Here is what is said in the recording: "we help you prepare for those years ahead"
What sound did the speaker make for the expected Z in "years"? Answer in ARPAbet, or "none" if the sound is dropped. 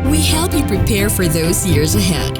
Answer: Z